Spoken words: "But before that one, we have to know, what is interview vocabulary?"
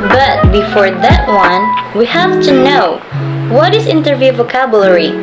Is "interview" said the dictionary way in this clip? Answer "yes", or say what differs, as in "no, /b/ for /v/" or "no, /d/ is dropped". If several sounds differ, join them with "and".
yes